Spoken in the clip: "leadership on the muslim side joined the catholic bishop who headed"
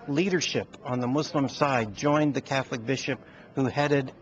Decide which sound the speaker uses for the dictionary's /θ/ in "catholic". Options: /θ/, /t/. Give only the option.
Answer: /θ/